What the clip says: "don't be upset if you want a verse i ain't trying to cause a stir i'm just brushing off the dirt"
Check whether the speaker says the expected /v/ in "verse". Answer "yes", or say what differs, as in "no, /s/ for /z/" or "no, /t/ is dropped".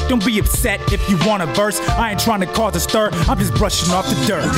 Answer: yes